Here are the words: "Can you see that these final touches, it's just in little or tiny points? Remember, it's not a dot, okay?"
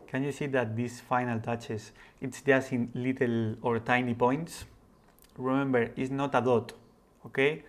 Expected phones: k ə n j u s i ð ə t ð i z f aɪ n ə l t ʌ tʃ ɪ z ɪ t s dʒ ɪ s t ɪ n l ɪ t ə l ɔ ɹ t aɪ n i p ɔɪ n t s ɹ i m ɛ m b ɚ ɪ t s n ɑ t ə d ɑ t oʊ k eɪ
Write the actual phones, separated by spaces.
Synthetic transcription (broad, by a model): k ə n j u s i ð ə t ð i s f aɪ n ə l t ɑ tʃ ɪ s ɪ t s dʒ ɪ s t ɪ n l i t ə l ɔ ɹ t aɪ n i p ɔɪ n t s ɹ i m ɛ m b ɚ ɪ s n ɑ t ə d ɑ t oʊ k eɪ